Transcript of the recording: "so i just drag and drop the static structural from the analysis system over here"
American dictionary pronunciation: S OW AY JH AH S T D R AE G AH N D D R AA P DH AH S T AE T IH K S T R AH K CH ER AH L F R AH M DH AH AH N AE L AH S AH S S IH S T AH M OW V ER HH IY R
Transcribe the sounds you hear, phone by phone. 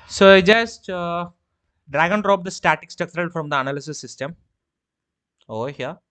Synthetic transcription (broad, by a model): S OW AY JH AH S T D R AE G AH N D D R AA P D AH S T AE T IH K S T AH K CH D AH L F R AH M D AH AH N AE L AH S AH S S IH S T AH M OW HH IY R